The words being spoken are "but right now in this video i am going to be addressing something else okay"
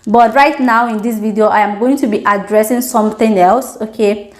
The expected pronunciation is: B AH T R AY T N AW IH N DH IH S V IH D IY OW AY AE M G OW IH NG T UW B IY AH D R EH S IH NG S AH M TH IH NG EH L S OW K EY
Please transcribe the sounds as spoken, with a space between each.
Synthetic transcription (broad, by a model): B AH T R AY T N AW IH N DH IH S V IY D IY OW AY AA M G OW IH NG T UW B IY AH D R EH S IH NG S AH M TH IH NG EH L S OW K EY